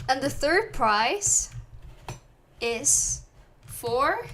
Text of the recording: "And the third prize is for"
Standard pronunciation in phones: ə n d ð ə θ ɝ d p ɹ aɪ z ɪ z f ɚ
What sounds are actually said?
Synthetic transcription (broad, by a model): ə n ð ə θ ɝ d p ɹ aɪ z ɪ z f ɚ